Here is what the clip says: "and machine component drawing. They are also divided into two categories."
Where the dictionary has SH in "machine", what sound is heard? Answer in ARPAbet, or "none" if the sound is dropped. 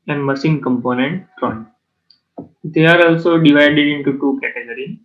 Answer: S